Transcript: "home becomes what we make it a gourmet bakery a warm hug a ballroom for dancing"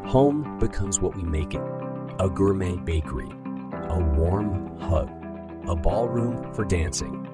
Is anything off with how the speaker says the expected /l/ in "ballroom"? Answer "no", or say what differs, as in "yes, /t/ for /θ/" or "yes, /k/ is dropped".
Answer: no